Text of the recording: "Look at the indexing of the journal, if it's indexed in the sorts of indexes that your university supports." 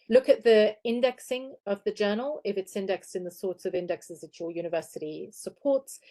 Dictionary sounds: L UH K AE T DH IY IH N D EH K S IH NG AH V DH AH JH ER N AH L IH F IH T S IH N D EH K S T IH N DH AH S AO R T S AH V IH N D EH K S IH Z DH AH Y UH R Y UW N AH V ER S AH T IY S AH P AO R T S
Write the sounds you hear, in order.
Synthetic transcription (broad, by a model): L UH K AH T DH IY IH N D EH K S IH NG AH V DH AH JH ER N AH L IH F IH T S IH N D EH K S T IH N DH AH S AO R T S AH V IH N D EH K S IH Z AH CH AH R Y UW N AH V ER S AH T IY S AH P AO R T S